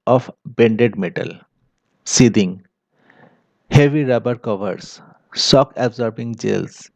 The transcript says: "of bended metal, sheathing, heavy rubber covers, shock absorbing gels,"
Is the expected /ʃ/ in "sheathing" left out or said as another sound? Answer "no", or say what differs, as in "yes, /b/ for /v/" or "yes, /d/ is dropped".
yes, /s/ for /ʃ/